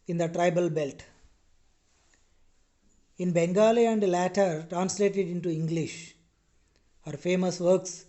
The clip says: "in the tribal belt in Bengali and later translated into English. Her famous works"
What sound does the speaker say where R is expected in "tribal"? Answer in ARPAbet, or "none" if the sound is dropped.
R